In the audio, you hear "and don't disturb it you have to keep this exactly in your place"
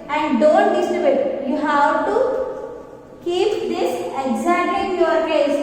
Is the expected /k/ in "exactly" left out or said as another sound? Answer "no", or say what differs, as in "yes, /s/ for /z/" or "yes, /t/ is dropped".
yes, /k/ is dropped